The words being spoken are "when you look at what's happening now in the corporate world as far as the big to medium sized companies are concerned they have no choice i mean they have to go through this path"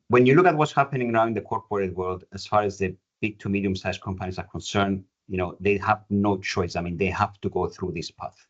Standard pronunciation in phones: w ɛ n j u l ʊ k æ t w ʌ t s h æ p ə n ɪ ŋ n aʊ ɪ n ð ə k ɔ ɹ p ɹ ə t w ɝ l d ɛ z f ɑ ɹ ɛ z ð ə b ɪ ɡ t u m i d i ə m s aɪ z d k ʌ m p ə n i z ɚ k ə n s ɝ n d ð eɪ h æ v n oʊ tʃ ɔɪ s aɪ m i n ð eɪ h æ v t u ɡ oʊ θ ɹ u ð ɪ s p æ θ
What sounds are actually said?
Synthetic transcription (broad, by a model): w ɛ n j u l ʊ k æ t w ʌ t s h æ p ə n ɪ ŋ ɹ aʊ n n ð ə k ɔ ɹ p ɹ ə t w ɝ l d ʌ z f ɑ ɹ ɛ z ð ə b ɪ ɡ t u m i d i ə m s aɪ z k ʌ m p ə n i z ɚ k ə n s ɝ n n ð eɪ h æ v n oʊ tʃ ɔɪ s aɪ m i n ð eɪ h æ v t u ɡ oʊ θ ɹ u ð ɪ s p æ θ